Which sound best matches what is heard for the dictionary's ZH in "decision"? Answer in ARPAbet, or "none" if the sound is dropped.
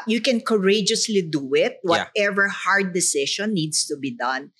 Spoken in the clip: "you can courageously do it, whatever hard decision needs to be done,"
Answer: SH